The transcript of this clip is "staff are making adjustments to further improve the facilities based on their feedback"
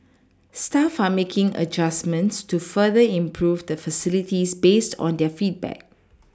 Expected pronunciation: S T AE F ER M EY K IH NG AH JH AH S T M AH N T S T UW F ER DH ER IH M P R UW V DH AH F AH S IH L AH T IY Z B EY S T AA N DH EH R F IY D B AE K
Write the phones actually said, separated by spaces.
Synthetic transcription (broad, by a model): S T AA F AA M EY K IH NG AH JH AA S M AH N T S T UW F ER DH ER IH M P R UW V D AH F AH S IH L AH T IY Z B EY S T AA N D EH F IY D B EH K